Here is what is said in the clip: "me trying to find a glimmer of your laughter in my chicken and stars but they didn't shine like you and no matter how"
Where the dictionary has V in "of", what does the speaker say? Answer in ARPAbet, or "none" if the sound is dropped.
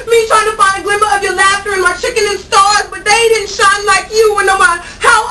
V